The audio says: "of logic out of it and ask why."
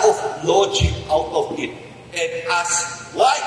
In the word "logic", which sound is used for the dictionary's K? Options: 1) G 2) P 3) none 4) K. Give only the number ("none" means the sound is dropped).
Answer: 3